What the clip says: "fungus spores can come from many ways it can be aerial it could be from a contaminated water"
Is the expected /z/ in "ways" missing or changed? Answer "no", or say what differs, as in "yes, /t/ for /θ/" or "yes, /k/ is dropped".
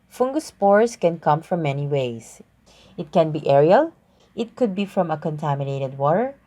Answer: yes, /s/ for /z/